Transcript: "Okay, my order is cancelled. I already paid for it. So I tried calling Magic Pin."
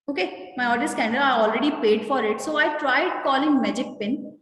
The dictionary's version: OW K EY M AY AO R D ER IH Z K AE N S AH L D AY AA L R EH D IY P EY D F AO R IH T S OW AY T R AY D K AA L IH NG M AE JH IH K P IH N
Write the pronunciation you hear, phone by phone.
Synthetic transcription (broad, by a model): OW K EY M AY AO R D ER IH S K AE N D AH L AY AA L R EH D IY P EY D F AO R IH T S OW AY T R AY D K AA L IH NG M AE JH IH K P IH N